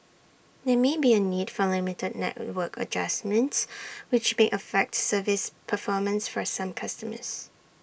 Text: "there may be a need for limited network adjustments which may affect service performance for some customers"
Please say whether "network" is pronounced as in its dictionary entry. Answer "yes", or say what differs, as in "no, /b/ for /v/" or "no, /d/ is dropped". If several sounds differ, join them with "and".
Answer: yes